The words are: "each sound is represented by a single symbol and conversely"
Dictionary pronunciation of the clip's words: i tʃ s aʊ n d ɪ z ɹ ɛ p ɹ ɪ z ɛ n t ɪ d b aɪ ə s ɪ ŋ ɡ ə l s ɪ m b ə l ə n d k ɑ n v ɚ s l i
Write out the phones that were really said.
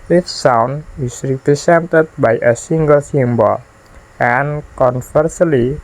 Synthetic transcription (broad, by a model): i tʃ s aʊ n ɪ s ɹ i p ɹ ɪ s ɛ n t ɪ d b aɪ ə s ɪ ŋ ɡ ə l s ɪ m b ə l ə n k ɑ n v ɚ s l i